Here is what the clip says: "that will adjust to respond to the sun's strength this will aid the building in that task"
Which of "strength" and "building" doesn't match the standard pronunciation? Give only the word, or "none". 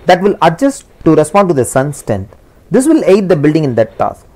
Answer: strength